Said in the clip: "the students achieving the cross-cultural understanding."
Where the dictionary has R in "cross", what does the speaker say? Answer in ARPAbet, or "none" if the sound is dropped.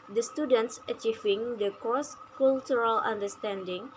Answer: none